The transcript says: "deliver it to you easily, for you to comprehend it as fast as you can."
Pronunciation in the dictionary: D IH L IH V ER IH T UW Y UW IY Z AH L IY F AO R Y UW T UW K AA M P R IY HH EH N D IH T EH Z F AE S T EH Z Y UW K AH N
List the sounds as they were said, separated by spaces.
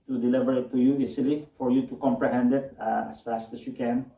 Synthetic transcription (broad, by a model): D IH L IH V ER IH T UW Y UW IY S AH L IY F AO R Y UW T UW K AA M P R IY HH EH N D IH T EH S F AE S T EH S Y UW K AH N